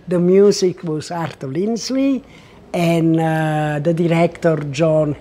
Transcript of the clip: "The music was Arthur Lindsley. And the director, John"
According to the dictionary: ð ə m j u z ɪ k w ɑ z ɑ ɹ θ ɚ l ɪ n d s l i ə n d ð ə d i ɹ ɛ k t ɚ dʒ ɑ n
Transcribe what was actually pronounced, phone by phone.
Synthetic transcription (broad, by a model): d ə m j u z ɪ k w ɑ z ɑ ɹ t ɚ l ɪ n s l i ə n d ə d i ɹ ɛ k t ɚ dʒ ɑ n